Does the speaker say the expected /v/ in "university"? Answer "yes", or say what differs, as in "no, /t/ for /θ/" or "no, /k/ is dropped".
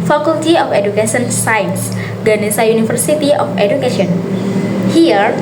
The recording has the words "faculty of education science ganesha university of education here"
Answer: no, /f/ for /v/